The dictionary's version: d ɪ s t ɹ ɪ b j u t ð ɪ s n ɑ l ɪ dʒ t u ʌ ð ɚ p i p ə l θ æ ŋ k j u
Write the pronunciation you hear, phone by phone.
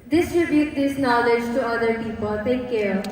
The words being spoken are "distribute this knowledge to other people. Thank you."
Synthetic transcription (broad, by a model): d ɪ s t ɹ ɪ b j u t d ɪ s n ɑ l ɪ dʒ t u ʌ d ɚ p i p ə l t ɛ k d